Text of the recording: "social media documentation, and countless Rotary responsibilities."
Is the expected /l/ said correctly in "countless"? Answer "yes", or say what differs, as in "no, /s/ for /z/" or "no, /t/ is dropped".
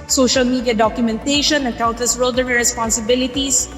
no, /l/ is dropped